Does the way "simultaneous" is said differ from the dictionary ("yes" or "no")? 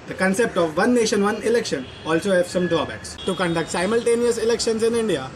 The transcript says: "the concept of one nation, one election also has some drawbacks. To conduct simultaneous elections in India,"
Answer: no